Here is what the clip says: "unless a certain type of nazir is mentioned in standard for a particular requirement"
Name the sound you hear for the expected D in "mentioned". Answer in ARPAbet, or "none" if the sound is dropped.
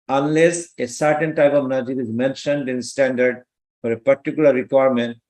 D